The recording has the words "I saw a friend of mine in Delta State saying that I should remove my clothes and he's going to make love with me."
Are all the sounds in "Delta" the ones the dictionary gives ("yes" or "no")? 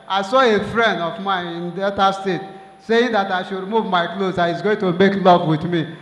no